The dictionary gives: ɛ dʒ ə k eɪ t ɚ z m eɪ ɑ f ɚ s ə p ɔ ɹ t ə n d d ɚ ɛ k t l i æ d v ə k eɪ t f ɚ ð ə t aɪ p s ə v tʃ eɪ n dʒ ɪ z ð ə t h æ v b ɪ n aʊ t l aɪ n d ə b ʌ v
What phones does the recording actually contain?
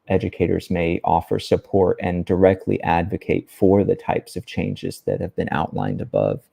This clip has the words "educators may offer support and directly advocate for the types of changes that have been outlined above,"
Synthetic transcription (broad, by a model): ɛ dʒ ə k eɪ t ɚ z m eɪ ɑ f ɚ s ə p ɔ ɹ t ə n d d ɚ ɛ k t l i æ d v ə k eɪ t f ɚ ð ə t aɪ p s ə v tʃ eɪ n dʒ ɪ z ð ə t h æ v b ɪ n aʊ t l aɪ n d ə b ʌ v